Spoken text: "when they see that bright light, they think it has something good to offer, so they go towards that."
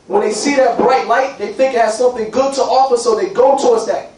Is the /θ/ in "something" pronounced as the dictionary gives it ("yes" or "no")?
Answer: yes